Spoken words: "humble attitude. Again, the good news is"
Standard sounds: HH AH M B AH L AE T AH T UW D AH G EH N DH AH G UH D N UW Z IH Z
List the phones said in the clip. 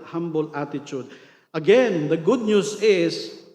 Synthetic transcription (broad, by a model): HH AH M B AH L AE T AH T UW D AH G EH N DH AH G UH D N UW S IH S